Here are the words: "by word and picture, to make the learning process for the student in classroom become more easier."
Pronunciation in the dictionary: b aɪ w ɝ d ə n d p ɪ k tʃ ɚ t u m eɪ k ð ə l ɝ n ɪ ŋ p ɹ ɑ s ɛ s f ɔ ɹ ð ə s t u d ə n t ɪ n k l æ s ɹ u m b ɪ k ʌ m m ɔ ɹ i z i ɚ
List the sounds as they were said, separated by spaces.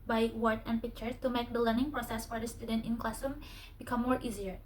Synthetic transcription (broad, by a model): b aɪ w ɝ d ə n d p ɪ k tʃ ɚ t u m eɪ k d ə l ɝ n ɪ ŋ p ɹ ɑ s ɛ s f ɔ ɹ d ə s t u d ə n t ɪ n k l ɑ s u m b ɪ k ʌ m m ɔ ɹ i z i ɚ